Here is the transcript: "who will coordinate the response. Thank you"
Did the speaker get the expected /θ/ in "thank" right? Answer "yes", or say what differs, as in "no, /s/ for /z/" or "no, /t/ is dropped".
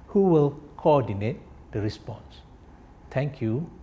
no, /t/ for /θ/